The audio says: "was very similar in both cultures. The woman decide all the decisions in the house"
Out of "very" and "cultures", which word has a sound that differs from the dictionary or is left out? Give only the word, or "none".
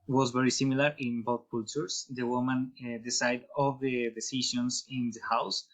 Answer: cultures